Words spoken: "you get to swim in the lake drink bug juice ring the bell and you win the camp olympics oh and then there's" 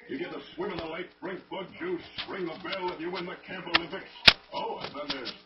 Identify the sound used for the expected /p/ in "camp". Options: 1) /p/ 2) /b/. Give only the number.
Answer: 2